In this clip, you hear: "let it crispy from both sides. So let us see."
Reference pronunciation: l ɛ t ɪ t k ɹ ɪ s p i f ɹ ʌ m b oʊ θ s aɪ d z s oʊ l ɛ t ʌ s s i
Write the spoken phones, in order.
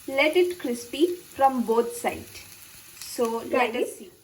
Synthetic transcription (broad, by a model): l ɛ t ɪ t k ɹ ɪ s p i f ɹ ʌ m b oʊ t s aɪ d s oʊ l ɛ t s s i